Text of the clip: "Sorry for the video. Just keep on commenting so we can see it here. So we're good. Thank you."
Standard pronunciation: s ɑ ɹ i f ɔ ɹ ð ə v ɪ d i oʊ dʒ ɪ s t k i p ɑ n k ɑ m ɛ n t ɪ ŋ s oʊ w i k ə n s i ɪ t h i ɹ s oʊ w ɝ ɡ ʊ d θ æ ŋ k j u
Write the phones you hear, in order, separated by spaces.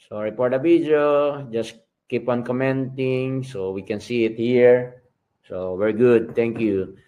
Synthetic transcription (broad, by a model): s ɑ ɹ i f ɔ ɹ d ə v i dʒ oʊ dʒ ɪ s k i p ɑ n k ɑ m ɛ n t ɪ ŋ s oʊ w i k ə n s i ɪ t h i ɹ s oʊ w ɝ ɡ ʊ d t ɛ ŋ k j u